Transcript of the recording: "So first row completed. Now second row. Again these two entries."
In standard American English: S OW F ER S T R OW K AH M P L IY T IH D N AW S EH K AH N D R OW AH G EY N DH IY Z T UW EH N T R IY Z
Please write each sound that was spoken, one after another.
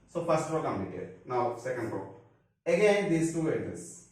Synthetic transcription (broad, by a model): S OW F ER S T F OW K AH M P IY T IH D N AW S EH K AH N D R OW AH G EY N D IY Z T UW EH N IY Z